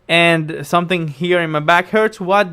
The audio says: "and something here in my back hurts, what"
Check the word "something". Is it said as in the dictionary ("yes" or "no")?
yes